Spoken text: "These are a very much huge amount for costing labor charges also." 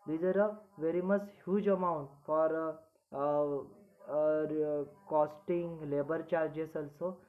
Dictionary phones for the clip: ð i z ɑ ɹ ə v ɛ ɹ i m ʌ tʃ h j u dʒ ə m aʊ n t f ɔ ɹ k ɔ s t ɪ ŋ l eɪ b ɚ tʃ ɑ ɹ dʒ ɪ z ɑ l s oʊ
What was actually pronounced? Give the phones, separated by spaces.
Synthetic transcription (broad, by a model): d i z ɑ ɹ ə v ɛ ɹ i m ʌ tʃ h j u dʒ ə m aʊ n t f ɔ ɹ k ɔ s t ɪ ŋ l eɪ b ɚ tʃ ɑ ɹ dʒ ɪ s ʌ l s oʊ